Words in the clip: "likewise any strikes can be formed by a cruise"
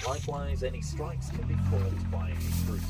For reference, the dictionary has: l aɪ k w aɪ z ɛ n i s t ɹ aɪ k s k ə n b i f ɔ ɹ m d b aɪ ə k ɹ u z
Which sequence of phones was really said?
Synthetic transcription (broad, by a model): l aɪ k w aɪ z ɛ n i s t ɹ aɪ k s k ə n b i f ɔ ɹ d b aɪ ə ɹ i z